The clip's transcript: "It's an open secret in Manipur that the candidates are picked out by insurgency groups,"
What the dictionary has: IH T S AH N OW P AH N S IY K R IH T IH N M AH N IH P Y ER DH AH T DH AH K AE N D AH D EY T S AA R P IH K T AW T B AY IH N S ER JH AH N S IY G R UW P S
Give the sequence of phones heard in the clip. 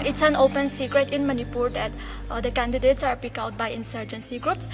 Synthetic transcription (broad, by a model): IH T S AH N OW P AH N S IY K R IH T IH N M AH N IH P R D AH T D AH K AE N D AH D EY T S AA R P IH K AW T B AY IH N S ER JH AH N S IY G R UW P S